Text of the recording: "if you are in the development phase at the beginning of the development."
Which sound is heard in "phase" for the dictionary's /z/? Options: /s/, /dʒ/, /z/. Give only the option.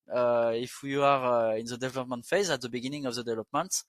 /z/